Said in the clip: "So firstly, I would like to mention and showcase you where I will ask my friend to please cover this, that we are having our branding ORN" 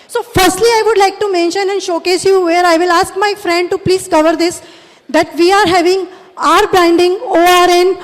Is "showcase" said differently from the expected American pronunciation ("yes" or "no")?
no